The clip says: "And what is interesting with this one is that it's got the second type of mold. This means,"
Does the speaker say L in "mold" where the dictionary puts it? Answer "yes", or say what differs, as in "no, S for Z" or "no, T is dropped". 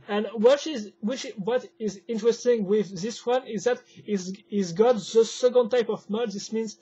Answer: no, L is dropped